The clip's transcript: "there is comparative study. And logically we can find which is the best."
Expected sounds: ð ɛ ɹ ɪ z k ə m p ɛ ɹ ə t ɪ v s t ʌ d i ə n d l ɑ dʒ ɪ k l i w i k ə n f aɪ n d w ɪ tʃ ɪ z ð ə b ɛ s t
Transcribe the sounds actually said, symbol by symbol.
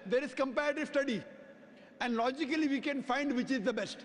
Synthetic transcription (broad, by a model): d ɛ ɹ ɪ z k ə m p ɛ ɹ ə t ɪ v s t ʌ d i ə n d l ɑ dʒ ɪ k l i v i k ə n f aɪ n d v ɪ tʃ ɪ z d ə b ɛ s t